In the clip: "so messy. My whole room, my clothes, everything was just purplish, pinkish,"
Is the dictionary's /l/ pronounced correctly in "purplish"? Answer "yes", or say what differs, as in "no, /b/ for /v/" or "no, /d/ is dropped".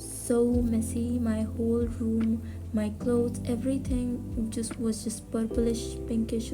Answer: yes